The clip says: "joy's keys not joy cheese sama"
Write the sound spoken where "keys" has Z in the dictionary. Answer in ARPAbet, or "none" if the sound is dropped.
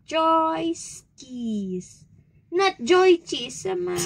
S